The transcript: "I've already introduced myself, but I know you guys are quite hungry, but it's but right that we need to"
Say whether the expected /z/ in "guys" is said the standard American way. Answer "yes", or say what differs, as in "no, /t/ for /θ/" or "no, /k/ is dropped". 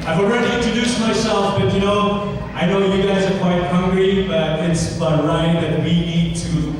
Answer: yes